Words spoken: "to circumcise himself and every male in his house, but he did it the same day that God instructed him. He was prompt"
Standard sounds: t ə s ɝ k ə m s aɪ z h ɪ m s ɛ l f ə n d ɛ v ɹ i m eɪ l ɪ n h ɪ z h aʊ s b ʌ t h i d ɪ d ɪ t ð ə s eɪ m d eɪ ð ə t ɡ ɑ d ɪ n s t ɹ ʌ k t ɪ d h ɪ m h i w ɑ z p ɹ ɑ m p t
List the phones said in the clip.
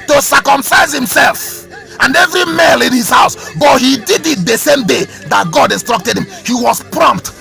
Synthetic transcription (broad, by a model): t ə s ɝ k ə m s aɪ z h ɪ m s ɛ l f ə n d ɛ v ɹ i m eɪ l ɪ n h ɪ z h aʊ s b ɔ t h i d ɪ d ɪ t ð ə s eɪ m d eɪ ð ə t ɡ ɑ d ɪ n s t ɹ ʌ k t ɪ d h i m h i w ɑ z p ɹ ɑ m p t